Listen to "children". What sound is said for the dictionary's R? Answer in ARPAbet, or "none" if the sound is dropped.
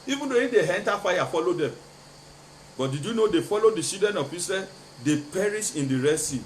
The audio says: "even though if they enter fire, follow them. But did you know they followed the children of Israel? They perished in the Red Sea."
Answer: none